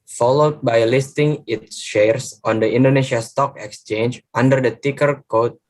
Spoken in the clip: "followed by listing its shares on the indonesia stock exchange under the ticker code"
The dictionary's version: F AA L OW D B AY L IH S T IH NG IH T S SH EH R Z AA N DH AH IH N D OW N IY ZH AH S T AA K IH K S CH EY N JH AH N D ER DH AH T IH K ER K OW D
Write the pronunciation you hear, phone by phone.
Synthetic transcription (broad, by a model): F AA L OW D B AY L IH S T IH NG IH T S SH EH R S AA N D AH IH N D OW N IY SH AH S T AA K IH K S CH EY N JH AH N D ER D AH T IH K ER K OW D